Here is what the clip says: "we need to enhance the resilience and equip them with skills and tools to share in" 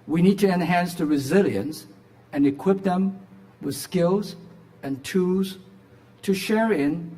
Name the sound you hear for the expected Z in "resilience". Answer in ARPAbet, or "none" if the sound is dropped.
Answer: Z